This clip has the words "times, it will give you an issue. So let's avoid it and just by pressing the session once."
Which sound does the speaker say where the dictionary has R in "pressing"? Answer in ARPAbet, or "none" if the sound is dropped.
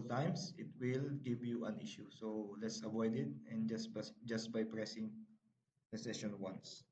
R